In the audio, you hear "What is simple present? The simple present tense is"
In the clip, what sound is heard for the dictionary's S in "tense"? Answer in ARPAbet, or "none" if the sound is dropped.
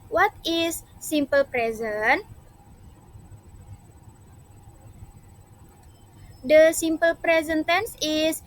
S